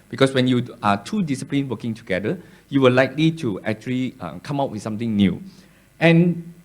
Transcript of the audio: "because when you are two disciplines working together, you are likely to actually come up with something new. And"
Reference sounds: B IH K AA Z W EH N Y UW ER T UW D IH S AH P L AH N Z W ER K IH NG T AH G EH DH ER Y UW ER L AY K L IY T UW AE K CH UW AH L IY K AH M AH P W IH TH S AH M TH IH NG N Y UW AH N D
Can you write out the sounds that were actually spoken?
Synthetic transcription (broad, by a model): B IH K AA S W EH N Y UW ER T UW D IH S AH P L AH N W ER K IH NG T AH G EH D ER Y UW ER L AY K L IY T UW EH K CH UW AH L IY K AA M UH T W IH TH S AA M T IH NG N Y UW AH N